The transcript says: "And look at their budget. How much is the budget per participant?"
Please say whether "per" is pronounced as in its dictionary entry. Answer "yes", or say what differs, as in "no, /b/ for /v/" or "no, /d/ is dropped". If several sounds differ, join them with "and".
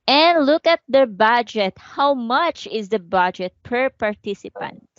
yes